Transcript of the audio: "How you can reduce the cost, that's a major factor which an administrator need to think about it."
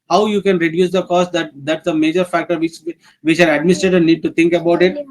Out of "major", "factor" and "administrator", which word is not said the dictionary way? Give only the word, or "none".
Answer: administrator